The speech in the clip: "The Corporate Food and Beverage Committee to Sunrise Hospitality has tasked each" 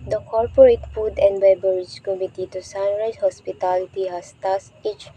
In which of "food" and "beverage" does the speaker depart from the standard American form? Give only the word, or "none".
beverage